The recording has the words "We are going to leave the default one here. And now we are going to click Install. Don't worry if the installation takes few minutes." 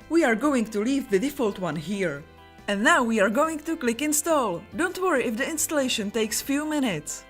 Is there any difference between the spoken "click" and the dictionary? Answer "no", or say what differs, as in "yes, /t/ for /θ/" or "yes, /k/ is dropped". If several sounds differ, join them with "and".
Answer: no